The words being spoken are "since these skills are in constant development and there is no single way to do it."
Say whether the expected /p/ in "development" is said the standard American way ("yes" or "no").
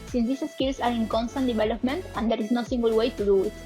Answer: yes